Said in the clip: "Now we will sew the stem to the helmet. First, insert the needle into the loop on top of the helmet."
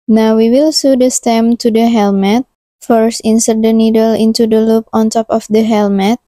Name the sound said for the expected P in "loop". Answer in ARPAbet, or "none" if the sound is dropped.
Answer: P